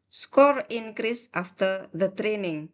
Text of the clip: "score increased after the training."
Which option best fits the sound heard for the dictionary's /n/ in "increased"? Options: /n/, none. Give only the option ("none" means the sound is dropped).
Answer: /n/